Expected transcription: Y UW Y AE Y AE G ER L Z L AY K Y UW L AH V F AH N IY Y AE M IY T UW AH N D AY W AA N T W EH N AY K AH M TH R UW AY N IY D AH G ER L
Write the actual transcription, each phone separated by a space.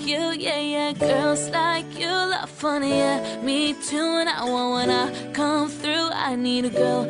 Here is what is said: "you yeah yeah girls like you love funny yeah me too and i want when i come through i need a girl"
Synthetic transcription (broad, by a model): Y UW Y AE Y AE G ER L Z L AY K Y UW L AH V F AH N IY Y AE M IY T UW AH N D AY W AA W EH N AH K AH M TH R UW AY N IY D AH G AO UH